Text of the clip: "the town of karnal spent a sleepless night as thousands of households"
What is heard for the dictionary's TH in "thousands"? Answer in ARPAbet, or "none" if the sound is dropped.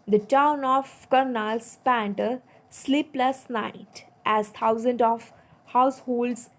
T